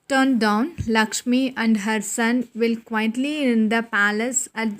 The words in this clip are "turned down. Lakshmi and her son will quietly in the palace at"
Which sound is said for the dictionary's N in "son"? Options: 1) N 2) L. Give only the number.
1